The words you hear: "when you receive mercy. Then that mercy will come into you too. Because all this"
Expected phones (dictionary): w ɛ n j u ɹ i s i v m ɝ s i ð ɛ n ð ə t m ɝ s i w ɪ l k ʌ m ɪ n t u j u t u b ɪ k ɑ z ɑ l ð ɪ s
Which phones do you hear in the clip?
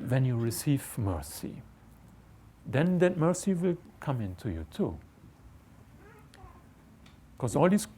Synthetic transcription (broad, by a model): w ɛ n j u ɹ i s i v m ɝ s i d ɛ n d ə t m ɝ s i w ɪ l k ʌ m ɪ n t u j u t u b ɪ k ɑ s ɑ l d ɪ s